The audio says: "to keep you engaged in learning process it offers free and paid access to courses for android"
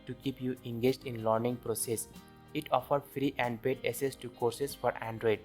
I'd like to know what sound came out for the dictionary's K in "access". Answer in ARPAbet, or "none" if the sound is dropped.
none